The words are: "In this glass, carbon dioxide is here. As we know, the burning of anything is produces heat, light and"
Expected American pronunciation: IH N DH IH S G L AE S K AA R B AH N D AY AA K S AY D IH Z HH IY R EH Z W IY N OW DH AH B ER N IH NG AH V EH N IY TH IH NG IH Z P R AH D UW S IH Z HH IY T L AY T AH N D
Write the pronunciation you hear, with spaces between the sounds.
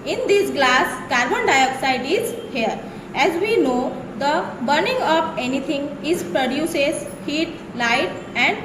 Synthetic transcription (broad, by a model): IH N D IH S G L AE S K AA R B AH N D AY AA K S AY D IH Z HH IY R EH Z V IY N OW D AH B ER N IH NG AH P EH N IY T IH NG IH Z P R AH D UW S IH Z HH IY T L AY T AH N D